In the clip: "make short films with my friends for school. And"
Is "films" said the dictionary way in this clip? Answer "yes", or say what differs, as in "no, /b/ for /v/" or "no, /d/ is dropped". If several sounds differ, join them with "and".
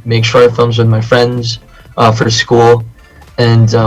yes